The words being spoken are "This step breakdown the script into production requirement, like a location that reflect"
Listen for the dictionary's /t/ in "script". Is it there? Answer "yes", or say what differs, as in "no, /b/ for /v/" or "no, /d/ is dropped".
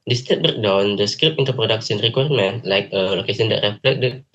no, /t/ is dropped